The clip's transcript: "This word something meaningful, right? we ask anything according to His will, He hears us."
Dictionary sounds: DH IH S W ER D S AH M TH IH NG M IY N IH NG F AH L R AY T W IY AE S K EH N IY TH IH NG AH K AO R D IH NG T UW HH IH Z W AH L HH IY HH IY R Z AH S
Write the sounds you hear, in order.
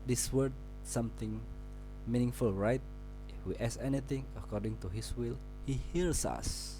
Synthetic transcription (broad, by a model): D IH S W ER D S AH M T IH NG M IY N IH NG F AH L R AY T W IY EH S EH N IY T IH NG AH K AO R D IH NG T UW HH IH S W AH L HH IY HH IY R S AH S